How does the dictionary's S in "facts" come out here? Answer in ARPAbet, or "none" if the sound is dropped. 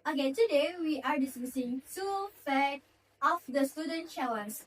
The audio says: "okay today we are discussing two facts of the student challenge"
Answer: none